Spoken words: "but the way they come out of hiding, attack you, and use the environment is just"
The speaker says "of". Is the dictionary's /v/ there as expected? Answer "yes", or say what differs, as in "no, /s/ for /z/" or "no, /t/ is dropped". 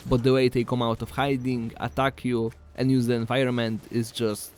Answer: no, /f/ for /v/